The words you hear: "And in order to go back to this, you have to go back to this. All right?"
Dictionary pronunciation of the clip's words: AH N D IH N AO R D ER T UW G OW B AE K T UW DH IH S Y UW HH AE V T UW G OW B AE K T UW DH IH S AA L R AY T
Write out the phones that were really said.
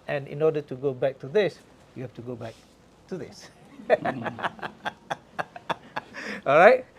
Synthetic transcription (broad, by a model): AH N IH N AO D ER T UW G OW B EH K T UW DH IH S Y UW HH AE F T UW G OW B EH K T UW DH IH S AA L R AY T